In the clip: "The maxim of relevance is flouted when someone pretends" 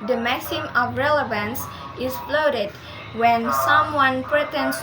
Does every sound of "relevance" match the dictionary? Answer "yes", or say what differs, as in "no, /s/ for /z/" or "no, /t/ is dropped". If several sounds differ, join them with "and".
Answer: yes